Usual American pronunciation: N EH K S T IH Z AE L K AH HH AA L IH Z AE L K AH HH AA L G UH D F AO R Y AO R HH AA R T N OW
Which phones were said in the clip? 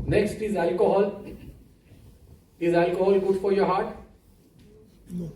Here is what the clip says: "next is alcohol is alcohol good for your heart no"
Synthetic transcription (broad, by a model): N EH K S T IH Z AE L K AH HH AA L IH Z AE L K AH HH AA L G UH D F AO R Y AO R HH AA R T